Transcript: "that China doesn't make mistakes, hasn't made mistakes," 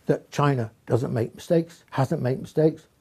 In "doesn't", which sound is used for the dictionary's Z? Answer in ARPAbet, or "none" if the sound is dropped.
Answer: Z